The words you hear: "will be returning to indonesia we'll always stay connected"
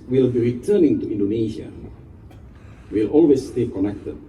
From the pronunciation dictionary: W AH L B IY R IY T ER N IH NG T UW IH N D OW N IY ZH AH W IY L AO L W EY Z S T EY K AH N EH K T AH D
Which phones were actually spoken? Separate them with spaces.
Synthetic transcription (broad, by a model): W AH L B IY R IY T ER N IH NG T UW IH N D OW N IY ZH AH W IY L AO L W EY S T EY K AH N EH K T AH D